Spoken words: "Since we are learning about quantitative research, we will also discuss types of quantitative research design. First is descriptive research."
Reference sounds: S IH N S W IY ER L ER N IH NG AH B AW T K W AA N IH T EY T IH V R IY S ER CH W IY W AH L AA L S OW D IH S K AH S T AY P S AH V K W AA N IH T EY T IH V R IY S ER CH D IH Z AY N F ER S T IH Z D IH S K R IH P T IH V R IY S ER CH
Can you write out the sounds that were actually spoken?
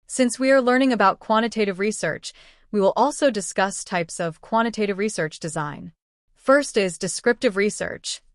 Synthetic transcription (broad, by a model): S IH N S W IY ER L ER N IH NG AH B AW T K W AA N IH T EY T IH V R IY S ER CH W IY W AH L AA L S OW D IH S K AH S T AY P S AH V K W AA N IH T EY T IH V R IY S ER CH D IH Z AY N F ER S T IH Z D IH S K R IH P T IH V R IY S ER CH